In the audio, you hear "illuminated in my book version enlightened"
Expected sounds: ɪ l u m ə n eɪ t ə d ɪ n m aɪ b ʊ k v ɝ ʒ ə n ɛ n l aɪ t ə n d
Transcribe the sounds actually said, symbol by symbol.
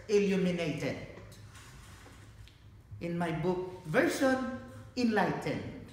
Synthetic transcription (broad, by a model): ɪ l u m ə n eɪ t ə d ɪ n m aɪ b ʊ k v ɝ ʃ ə n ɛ n l aɪ t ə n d